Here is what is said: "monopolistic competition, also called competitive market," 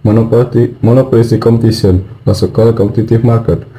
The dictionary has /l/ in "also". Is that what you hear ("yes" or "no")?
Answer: no